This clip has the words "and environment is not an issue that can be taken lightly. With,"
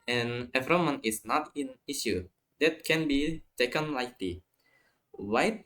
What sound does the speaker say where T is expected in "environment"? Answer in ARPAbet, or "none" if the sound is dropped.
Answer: none